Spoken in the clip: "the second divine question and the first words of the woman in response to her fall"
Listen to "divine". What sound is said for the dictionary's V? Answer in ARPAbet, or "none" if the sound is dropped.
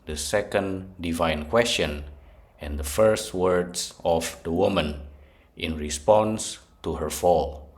V